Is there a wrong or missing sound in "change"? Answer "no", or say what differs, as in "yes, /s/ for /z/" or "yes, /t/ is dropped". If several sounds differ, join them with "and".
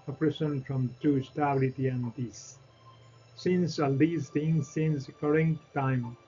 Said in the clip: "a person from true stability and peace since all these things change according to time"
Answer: yes, /s/ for /tʃ/